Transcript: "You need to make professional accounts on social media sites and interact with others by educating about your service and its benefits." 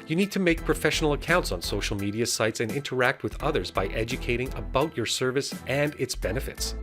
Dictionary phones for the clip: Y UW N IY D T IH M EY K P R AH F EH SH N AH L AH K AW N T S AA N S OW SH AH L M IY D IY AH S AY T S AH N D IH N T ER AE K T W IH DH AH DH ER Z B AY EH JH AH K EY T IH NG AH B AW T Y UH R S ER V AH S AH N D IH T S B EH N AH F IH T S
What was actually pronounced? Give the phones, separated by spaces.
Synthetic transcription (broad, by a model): Y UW N IY D T IH M EY K P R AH F EH SH N L AH K AW N T S N S OW SH L M IY D IY AH S AY T S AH N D IH N T ER AE K T W IH DH AH DH ER Z B AY EH JH AH K EY T IH NG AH B AW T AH R S ER V AH S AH N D IH T S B EH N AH F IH T S